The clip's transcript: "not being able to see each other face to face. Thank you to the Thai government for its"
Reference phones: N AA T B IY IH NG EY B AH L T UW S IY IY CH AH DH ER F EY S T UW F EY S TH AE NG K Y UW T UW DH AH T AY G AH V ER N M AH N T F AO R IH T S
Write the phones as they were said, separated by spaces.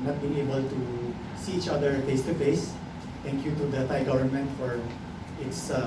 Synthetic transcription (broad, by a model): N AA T B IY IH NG EY B AH L T UW S IY IY CH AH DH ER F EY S T UW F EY S T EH NG K Y UW T UW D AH T AY G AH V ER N M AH N T F AO R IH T S